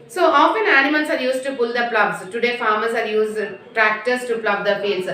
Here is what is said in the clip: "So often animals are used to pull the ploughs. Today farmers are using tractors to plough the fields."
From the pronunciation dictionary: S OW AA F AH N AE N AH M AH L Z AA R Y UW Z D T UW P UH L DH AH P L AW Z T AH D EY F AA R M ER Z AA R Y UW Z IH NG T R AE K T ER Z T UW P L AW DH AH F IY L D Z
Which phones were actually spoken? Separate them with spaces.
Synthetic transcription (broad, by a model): S OW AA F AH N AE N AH M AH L S AA R Y UW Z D T UW P UH L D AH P L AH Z T AH D EY F AA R M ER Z AA R Y UW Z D T R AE K T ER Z T UW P L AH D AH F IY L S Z